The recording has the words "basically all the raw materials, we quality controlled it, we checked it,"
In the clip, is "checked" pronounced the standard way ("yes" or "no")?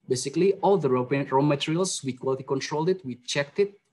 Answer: yes